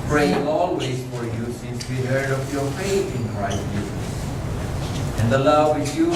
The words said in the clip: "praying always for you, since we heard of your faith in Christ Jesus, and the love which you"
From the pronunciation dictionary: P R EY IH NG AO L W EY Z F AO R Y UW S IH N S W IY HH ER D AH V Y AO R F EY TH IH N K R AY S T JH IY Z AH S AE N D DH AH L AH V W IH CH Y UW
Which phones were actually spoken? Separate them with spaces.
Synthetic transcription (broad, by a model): P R EY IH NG AO L W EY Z F AO R Y UW S IH N S W IY HH ER D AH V Y AO R F EY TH IH N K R AY T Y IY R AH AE N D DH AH L AH V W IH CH Y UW